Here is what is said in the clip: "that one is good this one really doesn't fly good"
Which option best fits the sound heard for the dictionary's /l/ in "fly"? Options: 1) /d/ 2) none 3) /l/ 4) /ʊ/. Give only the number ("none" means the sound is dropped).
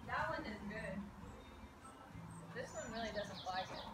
2